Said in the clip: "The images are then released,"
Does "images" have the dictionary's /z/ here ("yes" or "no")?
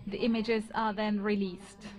yes